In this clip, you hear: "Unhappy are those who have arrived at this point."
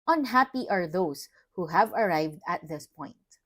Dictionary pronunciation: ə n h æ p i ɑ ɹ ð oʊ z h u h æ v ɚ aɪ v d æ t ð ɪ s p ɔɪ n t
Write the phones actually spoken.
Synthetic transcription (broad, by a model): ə n h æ p i ɑ ɹ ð oʊ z h u h æ v ɚ aɪ v d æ t ð ɪ s p ɔɪ n t